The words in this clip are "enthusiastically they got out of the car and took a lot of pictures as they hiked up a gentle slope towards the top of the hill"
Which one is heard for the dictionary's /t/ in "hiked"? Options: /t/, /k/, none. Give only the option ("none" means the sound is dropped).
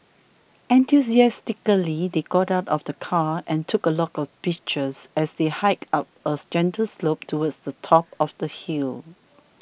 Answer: none